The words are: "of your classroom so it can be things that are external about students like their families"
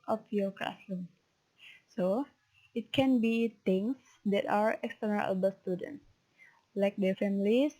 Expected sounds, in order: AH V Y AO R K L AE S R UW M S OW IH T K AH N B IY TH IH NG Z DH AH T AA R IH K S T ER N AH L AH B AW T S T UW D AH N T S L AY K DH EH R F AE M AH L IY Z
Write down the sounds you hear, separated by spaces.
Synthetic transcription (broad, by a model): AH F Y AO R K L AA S L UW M S OW IH T K AH N B IY T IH NG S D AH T AA R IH K S T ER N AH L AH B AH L S T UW D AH N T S L AY K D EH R F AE M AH L IY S